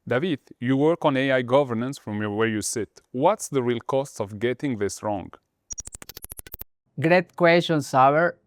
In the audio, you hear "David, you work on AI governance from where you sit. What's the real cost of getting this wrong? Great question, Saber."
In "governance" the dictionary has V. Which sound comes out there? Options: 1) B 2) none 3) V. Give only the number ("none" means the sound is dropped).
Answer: 3